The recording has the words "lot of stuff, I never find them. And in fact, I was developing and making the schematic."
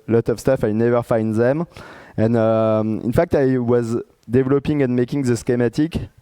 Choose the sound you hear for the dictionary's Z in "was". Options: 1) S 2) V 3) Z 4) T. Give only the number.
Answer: 3